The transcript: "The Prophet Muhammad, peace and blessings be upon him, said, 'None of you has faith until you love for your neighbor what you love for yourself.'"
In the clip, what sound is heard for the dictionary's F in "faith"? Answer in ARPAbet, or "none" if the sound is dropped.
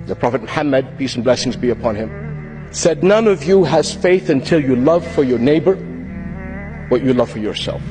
F